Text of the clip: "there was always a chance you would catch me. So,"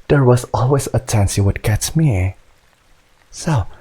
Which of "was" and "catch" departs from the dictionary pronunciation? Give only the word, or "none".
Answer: catch